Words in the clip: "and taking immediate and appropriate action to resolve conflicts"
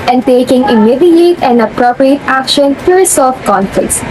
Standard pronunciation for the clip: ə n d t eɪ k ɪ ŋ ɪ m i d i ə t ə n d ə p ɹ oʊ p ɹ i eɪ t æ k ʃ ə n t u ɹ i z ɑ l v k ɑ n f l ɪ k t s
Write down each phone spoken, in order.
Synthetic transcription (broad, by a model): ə n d t eɪ k ɪ ŋ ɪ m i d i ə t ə n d ə p ɹ oʊ p ɹ i eɪ t æ k ʃ ə n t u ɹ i s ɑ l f k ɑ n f l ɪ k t s